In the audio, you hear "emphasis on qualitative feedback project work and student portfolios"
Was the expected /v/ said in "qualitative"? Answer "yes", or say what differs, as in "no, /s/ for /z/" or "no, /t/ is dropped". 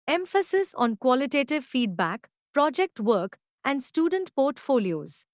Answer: yes